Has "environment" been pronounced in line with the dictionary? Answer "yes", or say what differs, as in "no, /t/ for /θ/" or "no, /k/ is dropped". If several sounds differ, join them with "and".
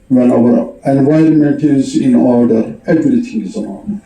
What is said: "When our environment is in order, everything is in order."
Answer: yes